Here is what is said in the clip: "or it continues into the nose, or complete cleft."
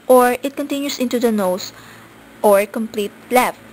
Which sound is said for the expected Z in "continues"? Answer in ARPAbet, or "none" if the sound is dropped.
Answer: S